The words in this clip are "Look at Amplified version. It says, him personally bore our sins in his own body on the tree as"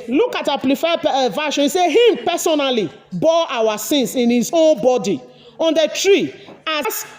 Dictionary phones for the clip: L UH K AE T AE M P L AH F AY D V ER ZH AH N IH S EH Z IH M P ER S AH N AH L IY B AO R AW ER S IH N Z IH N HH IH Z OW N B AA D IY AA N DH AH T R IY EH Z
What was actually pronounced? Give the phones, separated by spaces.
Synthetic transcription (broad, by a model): L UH K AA T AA P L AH F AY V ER SH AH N S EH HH IH M P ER S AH N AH L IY B AO AW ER S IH N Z IH N HH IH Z OW N B AA D IY AA N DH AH T R IY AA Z